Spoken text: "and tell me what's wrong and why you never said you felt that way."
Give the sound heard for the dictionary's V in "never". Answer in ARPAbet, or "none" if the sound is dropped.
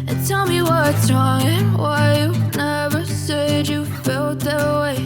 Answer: V